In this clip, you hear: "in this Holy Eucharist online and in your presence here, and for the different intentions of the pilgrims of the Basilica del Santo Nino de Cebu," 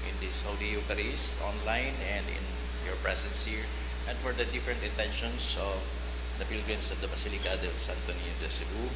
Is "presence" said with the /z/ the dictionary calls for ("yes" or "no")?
no